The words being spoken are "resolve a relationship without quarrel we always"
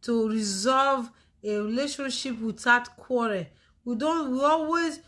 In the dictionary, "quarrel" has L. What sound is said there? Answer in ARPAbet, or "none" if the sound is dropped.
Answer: N